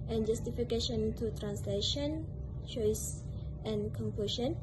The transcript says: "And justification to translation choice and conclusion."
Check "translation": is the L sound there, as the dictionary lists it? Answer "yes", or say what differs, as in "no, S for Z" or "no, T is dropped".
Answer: yes